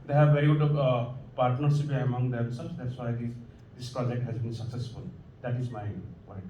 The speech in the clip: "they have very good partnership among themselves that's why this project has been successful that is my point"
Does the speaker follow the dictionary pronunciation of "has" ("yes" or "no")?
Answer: yes